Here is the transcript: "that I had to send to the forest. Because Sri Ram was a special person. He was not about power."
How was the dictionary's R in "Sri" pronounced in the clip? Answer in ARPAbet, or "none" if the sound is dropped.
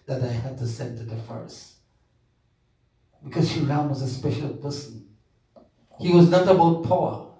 none